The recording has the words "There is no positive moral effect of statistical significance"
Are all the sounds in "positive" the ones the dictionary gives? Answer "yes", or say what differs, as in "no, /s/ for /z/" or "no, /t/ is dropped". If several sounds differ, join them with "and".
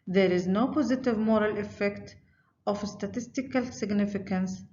yes